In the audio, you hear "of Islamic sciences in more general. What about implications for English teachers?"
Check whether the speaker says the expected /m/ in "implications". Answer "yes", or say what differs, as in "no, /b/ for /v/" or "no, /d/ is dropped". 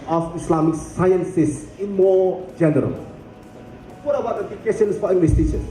no, /m/ is dropped